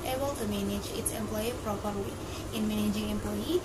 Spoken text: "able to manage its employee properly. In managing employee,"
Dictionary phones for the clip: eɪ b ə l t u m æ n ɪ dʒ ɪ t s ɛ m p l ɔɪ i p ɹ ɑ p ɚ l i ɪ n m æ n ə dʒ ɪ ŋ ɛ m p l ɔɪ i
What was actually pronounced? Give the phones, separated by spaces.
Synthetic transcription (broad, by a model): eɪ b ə l t u m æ n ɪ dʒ ɪ t s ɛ m p l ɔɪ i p ɹ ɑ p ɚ i ɪ n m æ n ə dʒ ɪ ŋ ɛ m p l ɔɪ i